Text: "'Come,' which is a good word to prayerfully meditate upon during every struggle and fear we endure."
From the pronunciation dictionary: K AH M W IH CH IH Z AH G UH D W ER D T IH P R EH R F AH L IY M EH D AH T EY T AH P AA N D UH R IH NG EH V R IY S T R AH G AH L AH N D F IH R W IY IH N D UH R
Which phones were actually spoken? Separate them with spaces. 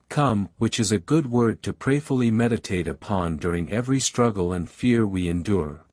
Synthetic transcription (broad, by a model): K AH M W IH CH IH Z AH G UH D W ER D T IH P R EH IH F L IY M EH D AH T EY T AH P AA N D UH R IH NG EH V R IY S T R AH G L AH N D F IH R W IY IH N D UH R